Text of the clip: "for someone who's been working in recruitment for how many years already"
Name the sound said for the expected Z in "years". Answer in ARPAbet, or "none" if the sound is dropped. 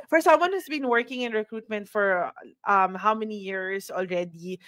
S